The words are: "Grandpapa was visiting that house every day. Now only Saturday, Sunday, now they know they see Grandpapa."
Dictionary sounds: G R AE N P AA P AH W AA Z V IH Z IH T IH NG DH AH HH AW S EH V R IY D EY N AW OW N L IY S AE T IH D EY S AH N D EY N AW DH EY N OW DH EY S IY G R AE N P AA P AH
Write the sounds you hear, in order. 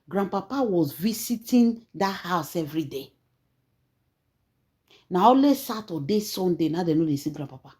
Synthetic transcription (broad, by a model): G R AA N P AA P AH W AA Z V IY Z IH T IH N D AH HH AW S EH V R IY D EY N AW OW L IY S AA T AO D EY S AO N D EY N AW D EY N OW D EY S IY G R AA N P AA P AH